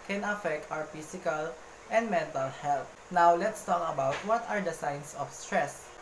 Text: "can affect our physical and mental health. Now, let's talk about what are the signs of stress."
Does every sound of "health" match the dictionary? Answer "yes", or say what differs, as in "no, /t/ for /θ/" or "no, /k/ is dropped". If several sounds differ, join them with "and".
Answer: no, /t/ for /θ/